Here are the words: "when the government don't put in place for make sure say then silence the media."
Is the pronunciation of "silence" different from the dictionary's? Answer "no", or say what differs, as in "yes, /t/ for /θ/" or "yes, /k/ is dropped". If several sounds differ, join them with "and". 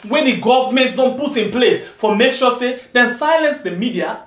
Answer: no